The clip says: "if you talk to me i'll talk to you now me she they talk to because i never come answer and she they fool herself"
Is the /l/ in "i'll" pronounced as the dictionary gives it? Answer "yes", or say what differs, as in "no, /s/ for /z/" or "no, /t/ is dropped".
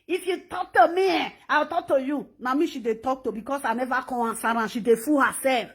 no, /w/ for /l/